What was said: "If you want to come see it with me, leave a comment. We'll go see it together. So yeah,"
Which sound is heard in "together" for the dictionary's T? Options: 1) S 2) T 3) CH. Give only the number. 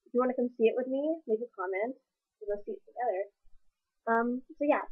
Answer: 1